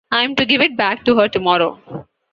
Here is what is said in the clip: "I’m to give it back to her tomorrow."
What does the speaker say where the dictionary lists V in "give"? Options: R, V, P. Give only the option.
V